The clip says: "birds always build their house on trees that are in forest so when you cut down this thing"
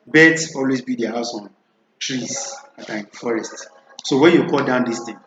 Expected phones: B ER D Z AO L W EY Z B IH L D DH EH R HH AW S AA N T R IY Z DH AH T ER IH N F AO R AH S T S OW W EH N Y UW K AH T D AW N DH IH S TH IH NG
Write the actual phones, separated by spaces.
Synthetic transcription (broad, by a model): B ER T AO L W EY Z B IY D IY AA HH AW S AA N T R IY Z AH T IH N F AO R AH S T S OW W EH N Y UW K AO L D AW N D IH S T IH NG